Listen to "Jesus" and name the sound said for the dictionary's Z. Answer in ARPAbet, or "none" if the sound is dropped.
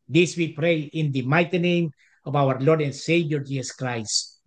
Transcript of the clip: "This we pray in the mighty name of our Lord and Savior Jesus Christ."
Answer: S